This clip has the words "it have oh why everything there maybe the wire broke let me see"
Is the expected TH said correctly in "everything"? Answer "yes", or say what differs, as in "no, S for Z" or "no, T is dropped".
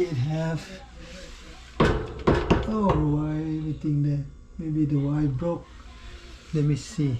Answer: no, T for TH